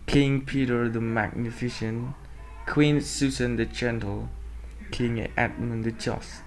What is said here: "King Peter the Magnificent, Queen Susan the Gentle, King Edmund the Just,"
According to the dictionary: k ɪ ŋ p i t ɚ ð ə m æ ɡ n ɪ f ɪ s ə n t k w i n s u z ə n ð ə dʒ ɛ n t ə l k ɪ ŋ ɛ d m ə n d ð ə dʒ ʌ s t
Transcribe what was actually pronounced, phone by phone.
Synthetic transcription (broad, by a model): k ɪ ŋ p i t ɚ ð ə m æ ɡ n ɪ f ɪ ʃ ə n k w i n s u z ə n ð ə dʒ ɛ n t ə l k ɪ ŋ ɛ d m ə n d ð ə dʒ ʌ s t